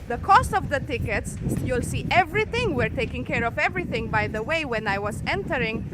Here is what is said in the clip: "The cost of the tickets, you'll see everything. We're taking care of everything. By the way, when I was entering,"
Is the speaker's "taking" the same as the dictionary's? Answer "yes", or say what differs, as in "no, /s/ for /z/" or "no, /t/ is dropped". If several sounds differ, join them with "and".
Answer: yes